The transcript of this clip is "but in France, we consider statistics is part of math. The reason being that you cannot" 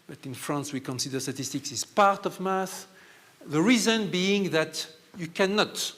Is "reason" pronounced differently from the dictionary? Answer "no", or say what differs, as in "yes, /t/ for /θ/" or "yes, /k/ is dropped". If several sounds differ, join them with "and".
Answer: no